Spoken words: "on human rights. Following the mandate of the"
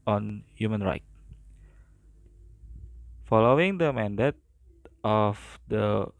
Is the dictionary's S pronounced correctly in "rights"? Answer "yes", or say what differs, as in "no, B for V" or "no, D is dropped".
no, S is dropped